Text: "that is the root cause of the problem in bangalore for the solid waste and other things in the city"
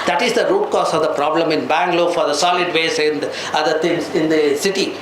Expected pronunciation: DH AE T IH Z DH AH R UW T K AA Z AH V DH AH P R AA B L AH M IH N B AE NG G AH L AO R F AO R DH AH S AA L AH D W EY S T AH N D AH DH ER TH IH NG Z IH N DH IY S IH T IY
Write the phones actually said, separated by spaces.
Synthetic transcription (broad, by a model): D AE T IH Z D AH R UW T K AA S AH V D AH P R AA B L AH M IH N B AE NG G L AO F AO R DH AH S AA L AH D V EY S AH N D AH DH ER T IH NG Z IH N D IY S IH T IY